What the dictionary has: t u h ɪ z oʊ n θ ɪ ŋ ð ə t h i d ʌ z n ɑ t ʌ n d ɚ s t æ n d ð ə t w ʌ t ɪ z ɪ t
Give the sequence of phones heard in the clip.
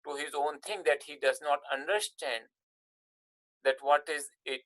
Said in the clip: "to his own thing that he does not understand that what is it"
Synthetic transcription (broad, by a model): t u h ɪ z oʊ n t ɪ ŋ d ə t h i d ʌ z n ɑ t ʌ n d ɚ s t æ n d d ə t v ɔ t ɪ z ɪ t